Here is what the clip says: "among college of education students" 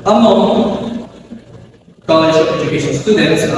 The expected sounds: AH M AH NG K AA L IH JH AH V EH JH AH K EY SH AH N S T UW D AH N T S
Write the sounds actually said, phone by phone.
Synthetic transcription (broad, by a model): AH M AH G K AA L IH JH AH P EH JH AH K EY SH AH N S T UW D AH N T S